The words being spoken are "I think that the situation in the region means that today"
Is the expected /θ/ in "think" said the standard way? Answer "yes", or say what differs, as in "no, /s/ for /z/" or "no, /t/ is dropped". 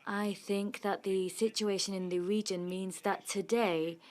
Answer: yes